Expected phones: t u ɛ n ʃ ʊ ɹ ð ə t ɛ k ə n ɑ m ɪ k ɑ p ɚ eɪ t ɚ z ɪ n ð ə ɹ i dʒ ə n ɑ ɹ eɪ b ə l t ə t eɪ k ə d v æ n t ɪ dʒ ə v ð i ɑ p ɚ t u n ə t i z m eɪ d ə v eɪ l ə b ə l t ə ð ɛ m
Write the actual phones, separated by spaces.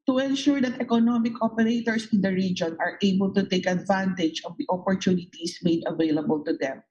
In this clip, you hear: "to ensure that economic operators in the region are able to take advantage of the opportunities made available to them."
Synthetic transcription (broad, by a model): t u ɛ n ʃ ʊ ɹ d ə t ɛ k ə n ɑ m ɪ k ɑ p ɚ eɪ t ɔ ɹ ɪ n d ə ɹ i dʒ ə n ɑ ɹ eɪ b ə l t ə t eɪ k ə d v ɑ n t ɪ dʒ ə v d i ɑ p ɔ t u n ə t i s m eɪ d ə v eɪ l ə b ə l t ə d ɛ m